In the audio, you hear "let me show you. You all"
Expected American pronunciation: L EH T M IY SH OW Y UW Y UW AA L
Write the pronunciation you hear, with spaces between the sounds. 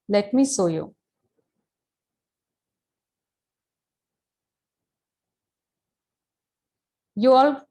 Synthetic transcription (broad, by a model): L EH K M IY S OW Y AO Y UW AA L